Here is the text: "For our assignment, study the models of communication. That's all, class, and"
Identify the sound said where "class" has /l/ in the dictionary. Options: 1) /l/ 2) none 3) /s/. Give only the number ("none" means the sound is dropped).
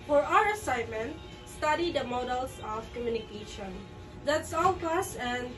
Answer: 2